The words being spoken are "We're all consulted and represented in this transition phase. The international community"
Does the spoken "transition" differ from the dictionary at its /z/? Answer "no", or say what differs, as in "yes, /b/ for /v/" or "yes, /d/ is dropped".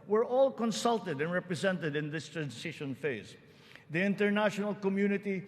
yes, /s/ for /z/